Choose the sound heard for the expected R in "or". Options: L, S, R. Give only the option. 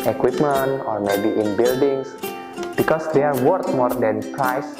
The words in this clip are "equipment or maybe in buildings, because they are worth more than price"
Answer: R